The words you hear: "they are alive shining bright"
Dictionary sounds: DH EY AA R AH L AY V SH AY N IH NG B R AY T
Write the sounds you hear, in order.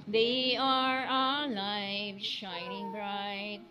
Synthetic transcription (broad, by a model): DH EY AA R AH L AY V SH AY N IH NG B R AY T